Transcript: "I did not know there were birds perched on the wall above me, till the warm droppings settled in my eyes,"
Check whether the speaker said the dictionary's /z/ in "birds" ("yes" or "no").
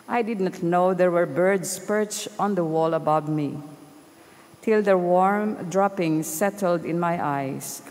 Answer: no